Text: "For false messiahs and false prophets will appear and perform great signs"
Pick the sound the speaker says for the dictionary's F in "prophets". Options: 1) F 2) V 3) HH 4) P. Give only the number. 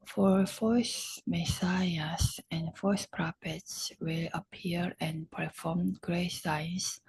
4